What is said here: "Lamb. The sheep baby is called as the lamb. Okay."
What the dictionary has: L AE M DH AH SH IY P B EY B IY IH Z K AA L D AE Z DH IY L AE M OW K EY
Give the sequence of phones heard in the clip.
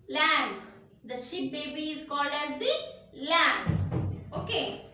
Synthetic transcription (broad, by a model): L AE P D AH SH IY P B EY B IY IH Z K AA L D AE Z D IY L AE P OW K EY